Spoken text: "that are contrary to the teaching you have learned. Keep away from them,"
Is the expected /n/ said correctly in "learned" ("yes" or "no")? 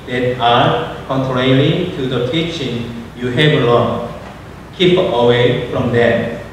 no